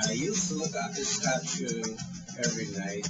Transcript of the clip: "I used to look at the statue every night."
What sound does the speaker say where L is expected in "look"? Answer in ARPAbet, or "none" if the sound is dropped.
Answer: L